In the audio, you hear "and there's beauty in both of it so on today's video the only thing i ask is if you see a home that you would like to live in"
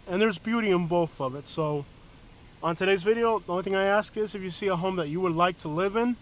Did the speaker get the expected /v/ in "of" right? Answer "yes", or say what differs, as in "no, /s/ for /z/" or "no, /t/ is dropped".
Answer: yes